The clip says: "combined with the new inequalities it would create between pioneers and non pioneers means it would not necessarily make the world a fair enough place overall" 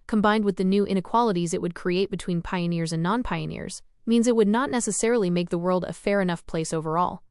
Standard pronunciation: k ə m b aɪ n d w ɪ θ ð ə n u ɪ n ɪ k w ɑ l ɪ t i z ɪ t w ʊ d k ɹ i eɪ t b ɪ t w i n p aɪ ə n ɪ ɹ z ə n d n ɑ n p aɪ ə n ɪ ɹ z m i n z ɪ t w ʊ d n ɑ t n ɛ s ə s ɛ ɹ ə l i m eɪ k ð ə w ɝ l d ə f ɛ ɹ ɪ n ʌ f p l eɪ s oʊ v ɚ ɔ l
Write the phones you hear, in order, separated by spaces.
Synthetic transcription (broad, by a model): k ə m b aɪ n d w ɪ ð ə n u ɪ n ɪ k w ɑ l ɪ t i z ɪ t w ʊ d k ɹ i eɪ t b ɪ t w i n p aɪ ə n ɪ ɹ z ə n n ɑ n p aɪ ə n ɪ ɹ z m i n z ɪ t w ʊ d n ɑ t n ɛ s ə s ɛ ɹ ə l i m eɪ k ð ə w ɝ l d ə f ɛ ɹ ɪ n ʌ f p l eɪ s oʊ v ɚ ɔ l